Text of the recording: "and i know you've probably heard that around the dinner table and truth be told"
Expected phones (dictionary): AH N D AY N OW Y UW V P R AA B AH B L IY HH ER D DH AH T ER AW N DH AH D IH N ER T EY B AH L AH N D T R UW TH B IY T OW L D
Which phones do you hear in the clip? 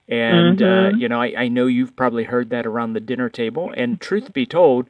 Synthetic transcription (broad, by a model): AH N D AY N OW Y UW V P R AA B AH B L IY HH ER D DH AH T ER AW N DH AH D IH N ER T EY B AH L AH N T R UW TH B IY T OW L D